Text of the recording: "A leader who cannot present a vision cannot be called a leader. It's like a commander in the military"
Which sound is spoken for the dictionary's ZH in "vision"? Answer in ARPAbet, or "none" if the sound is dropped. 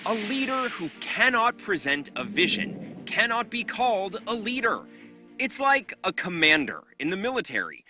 ZH